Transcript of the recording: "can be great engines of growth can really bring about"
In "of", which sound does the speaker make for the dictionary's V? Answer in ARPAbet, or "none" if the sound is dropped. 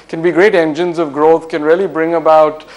V